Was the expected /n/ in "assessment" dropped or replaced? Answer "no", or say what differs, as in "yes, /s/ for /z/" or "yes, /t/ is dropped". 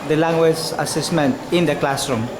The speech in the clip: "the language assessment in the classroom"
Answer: no